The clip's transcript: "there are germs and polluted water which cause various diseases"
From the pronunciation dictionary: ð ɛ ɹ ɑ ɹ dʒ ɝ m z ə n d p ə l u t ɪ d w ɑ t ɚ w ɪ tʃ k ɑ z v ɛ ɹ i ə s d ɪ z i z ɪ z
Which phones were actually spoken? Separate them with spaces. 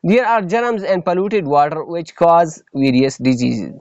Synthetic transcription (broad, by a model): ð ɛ ɹ ɑ ɹ dʒ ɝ m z ə n d p ə l u t ɪ d w ɑ t ɚ w ɪ tʃ k ɑ z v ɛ ɹ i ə s d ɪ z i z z